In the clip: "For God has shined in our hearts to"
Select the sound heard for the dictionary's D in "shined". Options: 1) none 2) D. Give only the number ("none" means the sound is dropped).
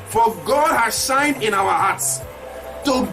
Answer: 2